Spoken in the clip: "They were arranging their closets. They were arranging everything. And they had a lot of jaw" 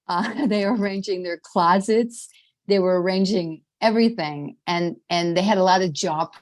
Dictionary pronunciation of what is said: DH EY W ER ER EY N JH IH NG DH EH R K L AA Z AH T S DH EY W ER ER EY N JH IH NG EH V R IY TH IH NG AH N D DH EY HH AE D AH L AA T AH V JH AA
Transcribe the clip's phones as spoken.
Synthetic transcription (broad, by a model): DH EY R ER ER EY N JH IH NG DH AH R K L AA Z AH T S DH EY W ER ER EY N JH IH NG EH V R IY TH IH NG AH N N DH EY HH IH D AH L AA T AH V JH AA